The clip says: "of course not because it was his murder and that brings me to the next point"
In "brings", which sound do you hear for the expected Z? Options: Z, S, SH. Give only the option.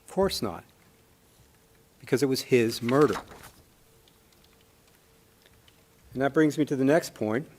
Z